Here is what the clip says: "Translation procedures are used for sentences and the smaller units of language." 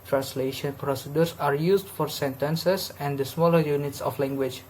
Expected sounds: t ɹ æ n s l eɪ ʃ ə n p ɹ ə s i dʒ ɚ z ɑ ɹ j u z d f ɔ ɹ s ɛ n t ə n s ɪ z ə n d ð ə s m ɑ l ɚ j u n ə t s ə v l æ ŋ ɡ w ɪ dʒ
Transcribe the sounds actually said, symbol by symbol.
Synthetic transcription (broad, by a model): t ɹ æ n s l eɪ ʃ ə n p ɹ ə s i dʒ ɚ s ɑ ɹ j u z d f ɔ ɹ s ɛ n t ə n s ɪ s ə n d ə s m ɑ l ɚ j u n ə t s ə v l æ ŋ ɡ w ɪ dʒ